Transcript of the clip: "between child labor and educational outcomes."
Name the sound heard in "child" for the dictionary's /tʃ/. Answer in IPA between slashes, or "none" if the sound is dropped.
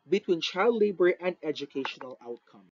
/tʃ/